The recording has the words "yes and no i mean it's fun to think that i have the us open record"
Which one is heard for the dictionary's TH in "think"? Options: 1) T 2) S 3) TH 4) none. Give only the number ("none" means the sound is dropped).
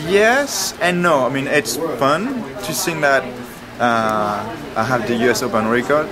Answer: 2